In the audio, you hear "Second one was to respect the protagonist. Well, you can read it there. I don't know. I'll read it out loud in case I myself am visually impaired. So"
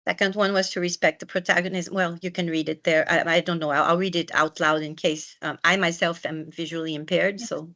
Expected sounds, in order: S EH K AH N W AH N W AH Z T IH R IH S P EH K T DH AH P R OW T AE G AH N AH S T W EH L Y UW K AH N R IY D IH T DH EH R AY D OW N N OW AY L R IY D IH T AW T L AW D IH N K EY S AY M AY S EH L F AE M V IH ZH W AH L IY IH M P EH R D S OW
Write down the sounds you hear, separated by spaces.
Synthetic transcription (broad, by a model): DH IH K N W AH N W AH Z T IH R IH S P EH K T DH AH P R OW T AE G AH N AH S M W EH L Y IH K AH N R IY D IH T DH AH R AY D OW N N OW AY L R IY D IH T AW T L AW D IH N K EY S AY M AY S EH L F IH M V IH ZH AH L IY IH M P EH R D S OW